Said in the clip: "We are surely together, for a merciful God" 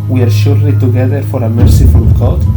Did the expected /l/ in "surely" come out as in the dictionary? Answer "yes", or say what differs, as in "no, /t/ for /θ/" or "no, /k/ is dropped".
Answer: no, /l/ is dropped